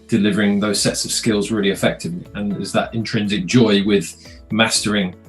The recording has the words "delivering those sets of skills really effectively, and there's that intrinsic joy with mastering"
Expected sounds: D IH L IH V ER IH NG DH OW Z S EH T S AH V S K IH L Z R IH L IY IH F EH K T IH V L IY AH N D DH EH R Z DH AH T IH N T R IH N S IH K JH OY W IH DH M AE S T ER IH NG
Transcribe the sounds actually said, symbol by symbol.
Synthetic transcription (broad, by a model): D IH L IH V ER IH NG DH OW Z S EH T S AH V S K IH L Z R IH L IY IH F EH K T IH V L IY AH N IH Z DH AH T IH N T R IH N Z IH K JH OY W IH DH M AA S T ER IH NG